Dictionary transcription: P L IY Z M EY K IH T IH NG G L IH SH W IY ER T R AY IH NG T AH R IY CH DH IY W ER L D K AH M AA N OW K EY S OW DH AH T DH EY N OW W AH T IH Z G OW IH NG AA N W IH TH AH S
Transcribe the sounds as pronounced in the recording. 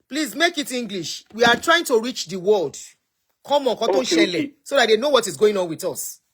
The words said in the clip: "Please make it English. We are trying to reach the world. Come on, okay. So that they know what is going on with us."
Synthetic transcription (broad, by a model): P L IY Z M EY K IH T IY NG G L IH SH W IY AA T R AY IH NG T AH R IY CH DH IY W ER L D K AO M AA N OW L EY S OW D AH T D EY N OW W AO T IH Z G OW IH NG AA N W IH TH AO S